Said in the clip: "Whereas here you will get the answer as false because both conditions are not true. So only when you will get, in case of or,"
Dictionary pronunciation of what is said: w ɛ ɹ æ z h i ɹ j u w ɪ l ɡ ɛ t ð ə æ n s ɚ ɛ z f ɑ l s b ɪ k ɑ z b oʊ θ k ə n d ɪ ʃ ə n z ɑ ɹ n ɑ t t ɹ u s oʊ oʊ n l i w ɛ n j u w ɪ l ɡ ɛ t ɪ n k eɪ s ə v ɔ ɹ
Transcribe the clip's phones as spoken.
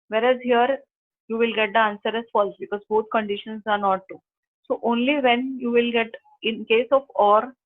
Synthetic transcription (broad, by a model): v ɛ ɹ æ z h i ɹ j u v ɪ l ɡ ɛ t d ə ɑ n s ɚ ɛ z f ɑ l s b ɪ k ɑ z b oʊ t k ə n d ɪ ʃ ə n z ɑ ɹ n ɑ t t u s oʊ oʊ n l i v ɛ n j u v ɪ l ɡ ɛ t ɪ n k eɪ s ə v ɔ ɹ